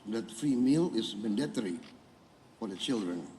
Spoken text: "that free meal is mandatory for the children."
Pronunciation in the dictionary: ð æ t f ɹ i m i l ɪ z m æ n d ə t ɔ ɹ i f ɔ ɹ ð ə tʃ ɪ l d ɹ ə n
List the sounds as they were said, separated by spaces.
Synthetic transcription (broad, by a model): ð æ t f i m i l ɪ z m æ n d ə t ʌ ɹ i f ɔ ɹ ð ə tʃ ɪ l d ɹ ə n